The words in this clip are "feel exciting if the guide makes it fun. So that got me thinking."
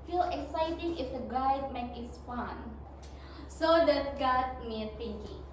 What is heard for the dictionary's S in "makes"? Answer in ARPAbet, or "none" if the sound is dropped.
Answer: none